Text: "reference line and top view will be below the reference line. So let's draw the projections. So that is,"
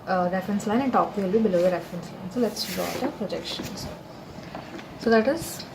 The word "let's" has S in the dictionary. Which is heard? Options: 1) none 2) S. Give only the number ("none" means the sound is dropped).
2